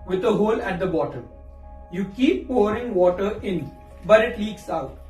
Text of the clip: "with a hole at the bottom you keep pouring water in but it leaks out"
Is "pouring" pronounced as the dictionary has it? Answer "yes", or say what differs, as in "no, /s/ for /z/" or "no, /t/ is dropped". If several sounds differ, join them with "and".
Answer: yes